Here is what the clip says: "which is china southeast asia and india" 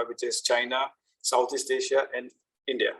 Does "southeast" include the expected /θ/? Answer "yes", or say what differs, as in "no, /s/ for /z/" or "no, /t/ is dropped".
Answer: no, /t/ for /θ/